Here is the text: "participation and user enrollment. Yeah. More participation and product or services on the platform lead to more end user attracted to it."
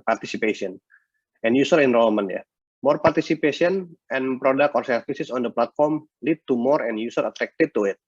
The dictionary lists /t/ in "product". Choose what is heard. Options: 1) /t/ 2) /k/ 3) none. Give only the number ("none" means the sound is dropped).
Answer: 3